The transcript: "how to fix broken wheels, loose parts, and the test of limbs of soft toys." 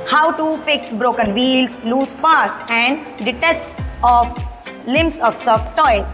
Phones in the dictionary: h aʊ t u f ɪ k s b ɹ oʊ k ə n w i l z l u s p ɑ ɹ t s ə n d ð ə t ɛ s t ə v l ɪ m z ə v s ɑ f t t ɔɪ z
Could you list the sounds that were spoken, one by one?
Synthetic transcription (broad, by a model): h aʊ t u p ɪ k b ɹ oʊ k ə n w i l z l u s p ɑ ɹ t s ə n d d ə t ɛ s t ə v l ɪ m s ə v s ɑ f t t ɔɪ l